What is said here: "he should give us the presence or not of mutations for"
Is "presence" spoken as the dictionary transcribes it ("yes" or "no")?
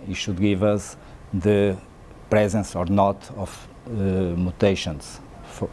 yes